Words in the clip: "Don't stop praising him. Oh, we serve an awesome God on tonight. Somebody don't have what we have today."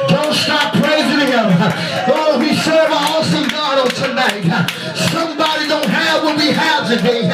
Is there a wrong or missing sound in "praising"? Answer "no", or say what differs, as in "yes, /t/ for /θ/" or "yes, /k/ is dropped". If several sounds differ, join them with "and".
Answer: no